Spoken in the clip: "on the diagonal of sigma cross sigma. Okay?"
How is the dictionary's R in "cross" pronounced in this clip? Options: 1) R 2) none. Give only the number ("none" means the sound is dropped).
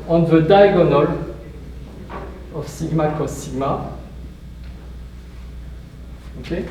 2